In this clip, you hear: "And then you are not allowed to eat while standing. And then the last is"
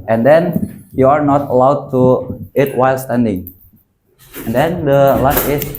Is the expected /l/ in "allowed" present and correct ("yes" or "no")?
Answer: yes